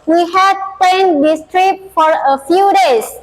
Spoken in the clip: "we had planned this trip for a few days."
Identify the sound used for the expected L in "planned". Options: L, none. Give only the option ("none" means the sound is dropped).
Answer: none